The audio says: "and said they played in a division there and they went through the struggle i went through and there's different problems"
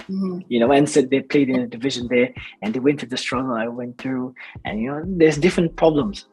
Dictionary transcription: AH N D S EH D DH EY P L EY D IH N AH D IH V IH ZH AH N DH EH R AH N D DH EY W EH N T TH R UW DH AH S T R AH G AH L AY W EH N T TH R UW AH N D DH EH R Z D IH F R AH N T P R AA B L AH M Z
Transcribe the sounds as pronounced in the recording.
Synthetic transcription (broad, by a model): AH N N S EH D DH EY P L EY D IH N AH D IH V IH ZH AH N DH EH R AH N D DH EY W EH N T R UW DH AH S T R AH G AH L AY W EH N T TH R UW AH N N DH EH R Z D IH F R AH N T P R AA B L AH M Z